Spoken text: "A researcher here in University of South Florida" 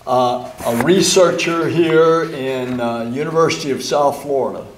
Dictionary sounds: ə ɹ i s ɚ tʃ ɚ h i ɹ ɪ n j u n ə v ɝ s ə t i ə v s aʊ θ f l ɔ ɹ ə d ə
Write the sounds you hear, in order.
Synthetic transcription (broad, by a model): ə ɹ i s ɚ tʃ ɚ h i ɹ ɪ n j u n ə v ɝ s ə t i ə v s aʊ θ f l ɔ ɹ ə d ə